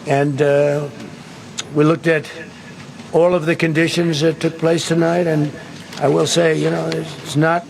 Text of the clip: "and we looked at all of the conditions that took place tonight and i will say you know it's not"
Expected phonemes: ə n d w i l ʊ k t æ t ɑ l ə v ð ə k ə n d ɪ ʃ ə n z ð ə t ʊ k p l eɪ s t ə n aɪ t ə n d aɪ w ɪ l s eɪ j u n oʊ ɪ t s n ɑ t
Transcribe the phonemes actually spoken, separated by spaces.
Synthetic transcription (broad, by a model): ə n w i l ʊ k t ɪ t ɑ l ə v ð ə k ə n d ɪ ʃ ə n z ð ə t ʊ k p l eɪ s t ə n aɪ t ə n aɪ w ɪ l s eɪ j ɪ n oʊ ɪ t s n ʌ t